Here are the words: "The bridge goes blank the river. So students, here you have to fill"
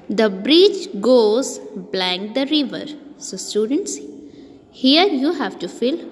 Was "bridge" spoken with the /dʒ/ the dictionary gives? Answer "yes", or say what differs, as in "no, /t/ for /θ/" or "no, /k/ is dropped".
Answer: no, /tʃ/ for /dʒ/